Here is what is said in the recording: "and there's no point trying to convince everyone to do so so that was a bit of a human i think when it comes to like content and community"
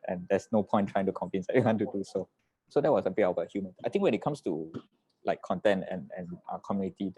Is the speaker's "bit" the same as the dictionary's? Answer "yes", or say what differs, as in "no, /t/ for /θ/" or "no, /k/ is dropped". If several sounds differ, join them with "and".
no, /t/ is dropped